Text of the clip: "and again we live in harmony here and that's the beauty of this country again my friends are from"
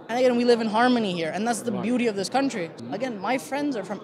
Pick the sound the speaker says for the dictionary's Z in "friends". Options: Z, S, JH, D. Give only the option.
Z